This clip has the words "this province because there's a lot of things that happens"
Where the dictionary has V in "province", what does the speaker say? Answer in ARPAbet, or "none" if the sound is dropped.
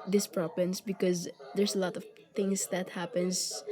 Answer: P